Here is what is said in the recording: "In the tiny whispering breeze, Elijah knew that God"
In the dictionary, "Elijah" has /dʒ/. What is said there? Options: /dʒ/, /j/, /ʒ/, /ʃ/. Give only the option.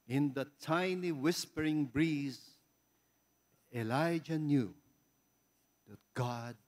/dʒ/